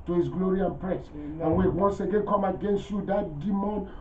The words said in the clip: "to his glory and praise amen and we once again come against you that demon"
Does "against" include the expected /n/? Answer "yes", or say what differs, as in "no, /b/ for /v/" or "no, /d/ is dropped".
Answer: yes